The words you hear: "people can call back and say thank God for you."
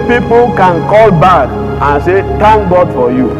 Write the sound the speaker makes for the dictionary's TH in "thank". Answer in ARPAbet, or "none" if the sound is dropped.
T